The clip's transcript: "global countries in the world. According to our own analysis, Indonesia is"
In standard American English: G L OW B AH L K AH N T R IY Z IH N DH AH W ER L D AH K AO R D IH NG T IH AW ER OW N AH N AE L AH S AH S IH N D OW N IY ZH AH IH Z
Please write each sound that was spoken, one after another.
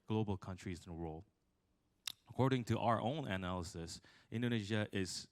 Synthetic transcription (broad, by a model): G L OW B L K AH N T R IY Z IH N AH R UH L AH K AO R D IH NG T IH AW ER OW N AH N AE L AH S AH S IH N D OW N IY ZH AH IH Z